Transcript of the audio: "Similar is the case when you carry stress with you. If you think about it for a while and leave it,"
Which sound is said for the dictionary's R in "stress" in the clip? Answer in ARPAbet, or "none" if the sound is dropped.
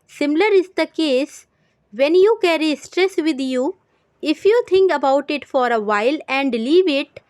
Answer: R